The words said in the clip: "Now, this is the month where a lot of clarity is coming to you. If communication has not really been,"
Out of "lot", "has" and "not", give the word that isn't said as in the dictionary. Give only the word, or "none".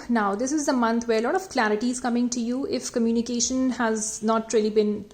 none